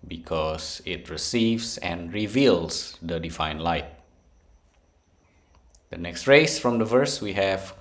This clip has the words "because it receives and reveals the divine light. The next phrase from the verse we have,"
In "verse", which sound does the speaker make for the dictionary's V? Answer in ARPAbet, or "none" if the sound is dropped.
V